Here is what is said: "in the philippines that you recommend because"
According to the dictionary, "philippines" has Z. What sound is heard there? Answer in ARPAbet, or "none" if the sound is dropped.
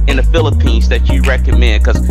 Z